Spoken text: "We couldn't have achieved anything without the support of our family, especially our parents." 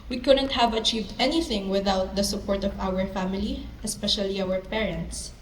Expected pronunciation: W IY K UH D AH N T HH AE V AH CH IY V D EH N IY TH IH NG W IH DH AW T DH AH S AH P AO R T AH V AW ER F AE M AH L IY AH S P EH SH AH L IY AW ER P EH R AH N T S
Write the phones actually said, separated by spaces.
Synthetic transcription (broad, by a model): W IY K UH D AH N T HH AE V AH CH IY V D EH N IY TH IH NG W IH DH AW T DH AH S AH P AO R T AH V AW ER F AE M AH L IY AH S P EH SH AH L IY AW ER P EH R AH N T S